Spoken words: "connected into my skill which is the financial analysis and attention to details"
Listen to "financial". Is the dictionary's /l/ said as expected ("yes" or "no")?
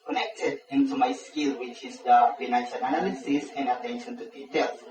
no